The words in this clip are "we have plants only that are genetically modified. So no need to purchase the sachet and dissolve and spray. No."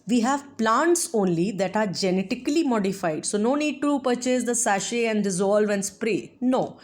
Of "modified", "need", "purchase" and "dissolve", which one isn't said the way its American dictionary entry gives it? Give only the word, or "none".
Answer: none